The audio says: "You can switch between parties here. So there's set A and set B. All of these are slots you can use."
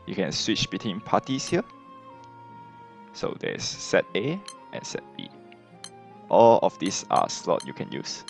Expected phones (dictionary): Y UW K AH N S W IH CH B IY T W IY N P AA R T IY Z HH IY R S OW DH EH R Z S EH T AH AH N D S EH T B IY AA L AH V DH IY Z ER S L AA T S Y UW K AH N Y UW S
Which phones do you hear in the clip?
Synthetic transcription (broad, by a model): Y UW K AH N S W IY CH B IY T W IY N P AA T IY S HH IY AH S OW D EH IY S EH T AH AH N S EH T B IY AA L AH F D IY S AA S L AA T Y UW K AH N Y UW S